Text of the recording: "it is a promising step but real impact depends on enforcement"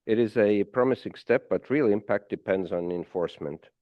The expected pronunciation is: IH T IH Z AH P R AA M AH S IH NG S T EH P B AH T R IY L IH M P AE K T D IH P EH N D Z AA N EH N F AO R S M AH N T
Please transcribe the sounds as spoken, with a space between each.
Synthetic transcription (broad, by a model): IH T IH Z AH P R AA M AH S IH NG S T EH P B AH T R IY L IH M P AE K T D IH P EH N D Z N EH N F AO R S M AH N T